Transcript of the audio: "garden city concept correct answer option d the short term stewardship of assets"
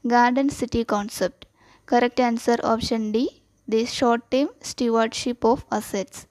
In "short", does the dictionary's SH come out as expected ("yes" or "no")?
yes